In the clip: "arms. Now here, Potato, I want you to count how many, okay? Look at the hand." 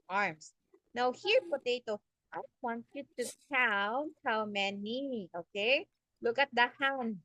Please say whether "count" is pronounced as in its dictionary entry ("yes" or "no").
no